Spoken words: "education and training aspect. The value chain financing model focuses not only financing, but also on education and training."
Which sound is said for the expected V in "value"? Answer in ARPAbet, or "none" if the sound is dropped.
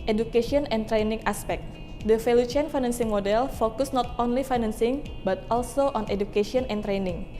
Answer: F